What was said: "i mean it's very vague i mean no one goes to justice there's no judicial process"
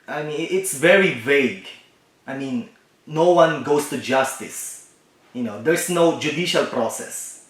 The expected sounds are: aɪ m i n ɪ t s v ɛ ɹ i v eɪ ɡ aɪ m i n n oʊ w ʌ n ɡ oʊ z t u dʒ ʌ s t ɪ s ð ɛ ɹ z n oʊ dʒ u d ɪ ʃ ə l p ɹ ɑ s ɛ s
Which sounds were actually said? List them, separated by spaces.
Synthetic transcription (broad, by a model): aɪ m i n ɪ t s v ɛ ɹ i v eɪ ɡ aɪ m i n n oʊ w ʌ n ɡ oʊ s t u dʒ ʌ s t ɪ s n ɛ ɹ s n oʊ dʒ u d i ʃ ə l p ɹ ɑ s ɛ s